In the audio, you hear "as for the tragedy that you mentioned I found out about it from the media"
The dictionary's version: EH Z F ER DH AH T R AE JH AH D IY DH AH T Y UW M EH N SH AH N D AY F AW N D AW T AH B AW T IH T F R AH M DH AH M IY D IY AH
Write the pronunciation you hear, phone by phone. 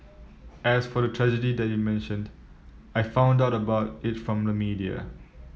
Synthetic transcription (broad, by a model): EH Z F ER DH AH T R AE JH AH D IY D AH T Y UW M EH N SH AH N D AY F AW N D AW T AH B AW T IH T F R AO M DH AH M IY D IY AH